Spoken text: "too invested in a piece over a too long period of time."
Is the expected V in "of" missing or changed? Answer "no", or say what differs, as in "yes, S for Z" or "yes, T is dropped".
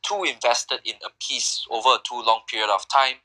yes, F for V